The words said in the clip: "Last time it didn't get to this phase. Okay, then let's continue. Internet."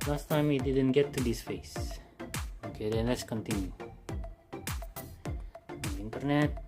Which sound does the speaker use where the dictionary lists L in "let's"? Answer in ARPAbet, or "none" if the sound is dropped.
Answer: L